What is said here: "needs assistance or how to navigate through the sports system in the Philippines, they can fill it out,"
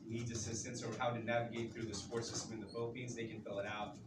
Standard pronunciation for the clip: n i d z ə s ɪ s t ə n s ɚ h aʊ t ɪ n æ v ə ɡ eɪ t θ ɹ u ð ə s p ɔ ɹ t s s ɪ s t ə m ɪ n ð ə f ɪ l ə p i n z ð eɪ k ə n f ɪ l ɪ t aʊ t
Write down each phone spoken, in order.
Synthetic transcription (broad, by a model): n i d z ə s ɪ s t ə n s ɚ h aʊ t ɪ n æ v ə ɡ eɪ t θ ɹ u ð ə s p ɔ ɹ t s s ɪ s t ə m ɪ n ð ə f ɪ l ə p i n z ð eɪ k ə n f ɪ l ɪ t aʊ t